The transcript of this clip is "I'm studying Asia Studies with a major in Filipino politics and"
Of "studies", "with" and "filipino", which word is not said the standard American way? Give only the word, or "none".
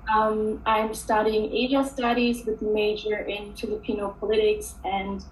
none